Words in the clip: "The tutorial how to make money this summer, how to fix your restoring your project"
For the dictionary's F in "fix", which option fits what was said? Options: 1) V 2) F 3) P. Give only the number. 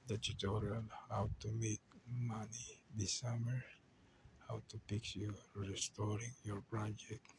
3